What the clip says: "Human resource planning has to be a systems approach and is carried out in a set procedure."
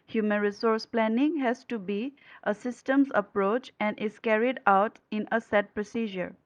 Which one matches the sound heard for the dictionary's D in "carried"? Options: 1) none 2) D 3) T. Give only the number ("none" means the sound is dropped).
2